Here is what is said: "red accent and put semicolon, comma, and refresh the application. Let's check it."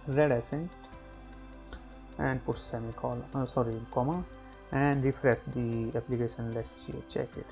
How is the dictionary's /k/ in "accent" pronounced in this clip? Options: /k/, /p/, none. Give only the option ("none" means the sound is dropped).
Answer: none